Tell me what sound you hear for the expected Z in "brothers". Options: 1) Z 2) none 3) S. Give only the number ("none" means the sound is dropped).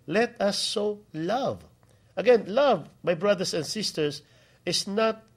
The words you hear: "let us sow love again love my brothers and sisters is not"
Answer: 3